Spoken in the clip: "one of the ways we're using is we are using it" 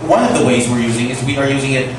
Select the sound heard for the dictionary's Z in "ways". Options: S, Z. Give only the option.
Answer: Z